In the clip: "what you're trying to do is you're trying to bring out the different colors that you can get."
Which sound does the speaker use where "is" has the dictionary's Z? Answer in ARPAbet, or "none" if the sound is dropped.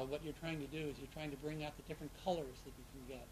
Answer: Z